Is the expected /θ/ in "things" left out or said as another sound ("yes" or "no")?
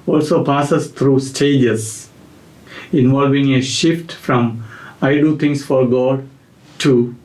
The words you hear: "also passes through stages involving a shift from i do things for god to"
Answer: yes